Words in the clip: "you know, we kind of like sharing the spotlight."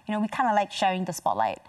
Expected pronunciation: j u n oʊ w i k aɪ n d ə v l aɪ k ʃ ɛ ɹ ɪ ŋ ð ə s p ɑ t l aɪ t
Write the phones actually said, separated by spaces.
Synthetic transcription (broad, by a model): j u n oʊ w i k aɪ n d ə l aɪ k ʃ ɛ ɪ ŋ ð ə s p ɑ t l aɪ t